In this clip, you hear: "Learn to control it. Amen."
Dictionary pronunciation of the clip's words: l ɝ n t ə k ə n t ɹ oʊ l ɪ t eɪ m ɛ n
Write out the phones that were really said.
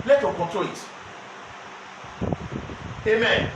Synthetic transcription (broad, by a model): l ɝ t ə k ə t oʊ ɪ t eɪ m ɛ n